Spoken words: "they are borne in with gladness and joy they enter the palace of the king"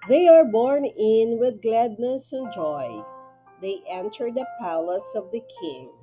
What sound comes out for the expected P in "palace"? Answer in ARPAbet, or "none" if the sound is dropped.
P